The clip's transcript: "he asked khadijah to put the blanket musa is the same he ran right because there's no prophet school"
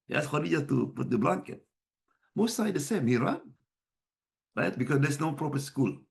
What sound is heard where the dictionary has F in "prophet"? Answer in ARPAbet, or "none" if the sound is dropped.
P